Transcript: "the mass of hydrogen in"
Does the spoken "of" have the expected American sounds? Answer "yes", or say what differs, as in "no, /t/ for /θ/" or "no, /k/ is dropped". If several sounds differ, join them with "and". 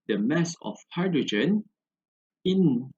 no, /f/ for /v/